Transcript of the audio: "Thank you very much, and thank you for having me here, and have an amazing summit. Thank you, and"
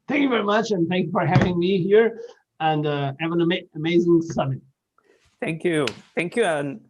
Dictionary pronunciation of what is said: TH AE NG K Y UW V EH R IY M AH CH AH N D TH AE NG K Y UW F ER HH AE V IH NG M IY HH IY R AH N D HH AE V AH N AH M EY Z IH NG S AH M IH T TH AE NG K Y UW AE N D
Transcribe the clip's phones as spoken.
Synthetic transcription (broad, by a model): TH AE NG K Y UW V EH R IY M AH CH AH N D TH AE NG K Y UW F ER HH AE V IH NG M IY HH IY R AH N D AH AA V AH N AH M EY Z IH NG S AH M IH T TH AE NG K Y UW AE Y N